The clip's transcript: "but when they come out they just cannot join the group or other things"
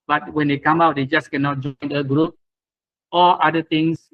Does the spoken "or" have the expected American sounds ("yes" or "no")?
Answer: no